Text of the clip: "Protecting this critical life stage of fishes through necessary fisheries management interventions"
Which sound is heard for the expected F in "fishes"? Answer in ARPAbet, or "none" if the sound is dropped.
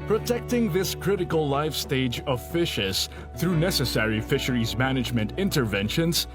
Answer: F